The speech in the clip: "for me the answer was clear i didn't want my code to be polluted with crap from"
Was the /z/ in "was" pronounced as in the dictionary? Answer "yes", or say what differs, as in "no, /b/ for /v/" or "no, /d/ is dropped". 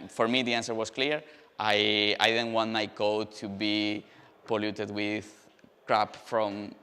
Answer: no, /s/ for /z/